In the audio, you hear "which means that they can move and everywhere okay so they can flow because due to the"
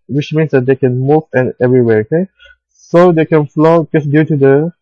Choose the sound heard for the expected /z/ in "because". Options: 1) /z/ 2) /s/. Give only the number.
2